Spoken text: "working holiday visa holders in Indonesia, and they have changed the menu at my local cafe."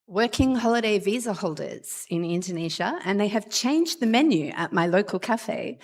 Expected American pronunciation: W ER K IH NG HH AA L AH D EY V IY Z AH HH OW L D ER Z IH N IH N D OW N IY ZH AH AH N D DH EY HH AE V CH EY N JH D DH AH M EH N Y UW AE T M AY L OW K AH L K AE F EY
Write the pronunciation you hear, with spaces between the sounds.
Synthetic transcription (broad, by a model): W ER K IH NG HH AA L AH D EY V IY Z AH HH OW L D ER Z IH N IH N D OW N IY ZH AH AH N DH EY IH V CH EY N JH DH AH M EH N Y UW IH T M AY L OW K AH L K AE F EY